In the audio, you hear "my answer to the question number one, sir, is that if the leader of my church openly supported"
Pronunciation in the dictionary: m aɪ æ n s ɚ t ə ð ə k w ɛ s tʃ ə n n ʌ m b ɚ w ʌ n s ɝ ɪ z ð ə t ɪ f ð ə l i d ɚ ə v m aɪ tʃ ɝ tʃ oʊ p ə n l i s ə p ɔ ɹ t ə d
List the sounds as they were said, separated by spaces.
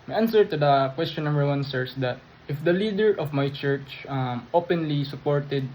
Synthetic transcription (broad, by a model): m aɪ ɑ n s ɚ t ə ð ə k w ɛ s tʃ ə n n ʌ m b ɚ w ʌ n s ɝ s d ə t ɪ f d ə l i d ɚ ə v m aɪ tʃ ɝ tʃ oʊ p ə n l i s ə p ɔ ɹ t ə d